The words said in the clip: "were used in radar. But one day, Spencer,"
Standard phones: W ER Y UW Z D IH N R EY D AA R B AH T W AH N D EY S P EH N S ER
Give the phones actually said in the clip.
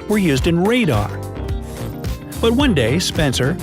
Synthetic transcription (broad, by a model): W ER Y UW Z D IH N R EY D AA R B AH T W AH N D EY S P EH N S ER